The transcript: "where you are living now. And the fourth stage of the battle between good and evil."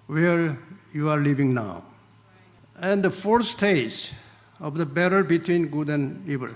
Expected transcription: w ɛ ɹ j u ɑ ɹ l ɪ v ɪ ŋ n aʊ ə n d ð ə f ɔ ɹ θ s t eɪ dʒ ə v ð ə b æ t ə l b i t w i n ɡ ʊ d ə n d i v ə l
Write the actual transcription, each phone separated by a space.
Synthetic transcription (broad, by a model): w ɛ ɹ j u ɑ ɹ l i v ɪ ŋ n aʊ ə n d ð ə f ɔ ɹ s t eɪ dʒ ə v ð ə b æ t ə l b i t w i n ɡ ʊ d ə n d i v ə l